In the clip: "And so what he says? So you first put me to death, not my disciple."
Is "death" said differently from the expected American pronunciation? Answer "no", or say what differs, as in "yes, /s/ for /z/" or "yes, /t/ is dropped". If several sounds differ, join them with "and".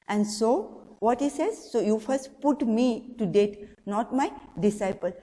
yes, /t/ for /θ/